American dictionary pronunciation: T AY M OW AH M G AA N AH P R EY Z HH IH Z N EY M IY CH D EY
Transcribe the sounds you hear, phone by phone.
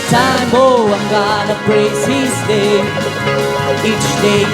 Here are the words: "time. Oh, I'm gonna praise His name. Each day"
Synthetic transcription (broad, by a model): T AY M OW AH M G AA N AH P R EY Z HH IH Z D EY IY CH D EY